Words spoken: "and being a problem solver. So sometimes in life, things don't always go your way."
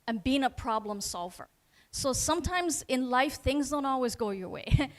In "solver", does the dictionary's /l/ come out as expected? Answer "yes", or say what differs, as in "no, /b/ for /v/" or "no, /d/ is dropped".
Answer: yes